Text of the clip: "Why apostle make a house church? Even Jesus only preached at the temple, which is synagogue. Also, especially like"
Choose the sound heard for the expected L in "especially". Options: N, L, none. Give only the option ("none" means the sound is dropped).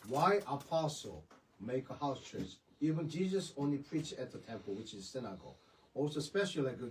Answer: none